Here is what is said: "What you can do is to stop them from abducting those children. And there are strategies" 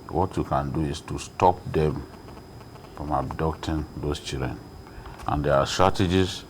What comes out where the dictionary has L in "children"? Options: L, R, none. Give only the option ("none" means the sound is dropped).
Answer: none